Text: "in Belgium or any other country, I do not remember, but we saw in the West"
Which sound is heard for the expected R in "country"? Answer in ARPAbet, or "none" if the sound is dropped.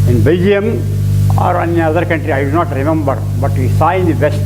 R